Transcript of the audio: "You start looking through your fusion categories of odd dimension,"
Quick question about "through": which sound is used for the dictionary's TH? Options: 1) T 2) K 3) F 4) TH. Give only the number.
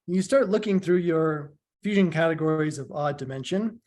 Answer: 4